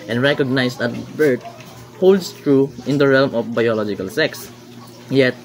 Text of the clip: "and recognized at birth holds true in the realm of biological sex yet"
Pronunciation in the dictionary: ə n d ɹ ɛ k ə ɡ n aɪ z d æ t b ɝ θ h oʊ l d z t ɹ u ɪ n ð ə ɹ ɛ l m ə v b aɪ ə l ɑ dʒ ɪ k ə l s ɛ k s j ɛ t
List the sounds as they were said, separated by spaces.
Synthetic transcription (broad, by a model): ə n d ɹ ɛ k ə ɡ n aɪ s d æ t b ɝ t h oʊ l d s t ɹ u ɪ n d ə ɹ ɛ l m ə f b aɪ ə l ɑ dʒ ɪ k ə l s ɛ k s j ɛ t